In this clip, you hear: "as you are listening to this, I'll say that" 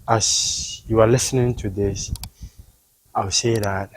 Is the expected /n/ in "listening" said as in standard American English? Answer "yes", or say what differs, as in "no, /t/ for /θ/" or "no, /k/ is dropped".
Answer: yes